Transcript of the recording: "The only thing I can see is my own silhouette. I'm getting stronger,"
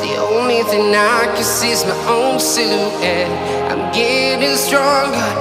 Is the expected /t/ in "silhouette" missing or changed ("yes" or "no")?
yes